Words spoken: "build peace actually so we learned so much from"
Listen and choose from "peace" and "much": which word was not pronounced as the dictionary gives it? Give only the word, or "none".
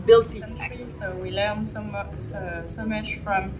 peace